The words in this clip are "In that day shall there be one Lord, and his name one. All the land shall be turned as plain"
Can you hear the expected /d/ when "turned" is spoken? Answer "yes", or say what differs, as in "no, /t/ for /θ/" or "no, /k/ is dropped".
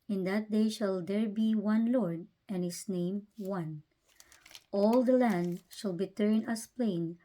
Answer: no, /d/ is dropped